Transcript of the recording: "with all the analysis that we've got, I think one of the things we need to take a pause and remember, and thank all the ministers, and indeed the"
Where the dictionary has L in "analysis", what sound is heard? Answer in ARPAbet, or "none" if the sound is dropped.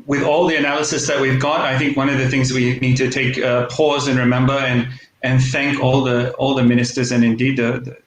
L